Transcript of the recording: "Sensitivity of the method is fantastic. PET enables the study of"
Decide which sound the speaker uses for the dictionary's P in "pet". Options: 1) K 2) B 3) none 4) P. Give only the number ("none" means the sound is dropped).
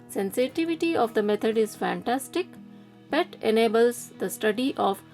2